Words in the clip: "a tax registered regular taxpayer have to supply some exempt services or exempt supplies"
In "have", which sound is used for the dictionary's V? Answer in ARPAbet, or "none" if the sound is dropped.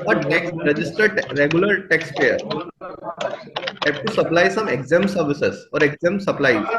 P